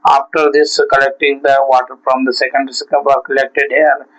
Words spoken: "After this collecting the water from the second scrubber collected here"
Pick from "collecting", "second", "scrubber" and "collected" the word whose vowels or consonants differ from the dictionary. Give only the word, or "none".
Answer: scrubber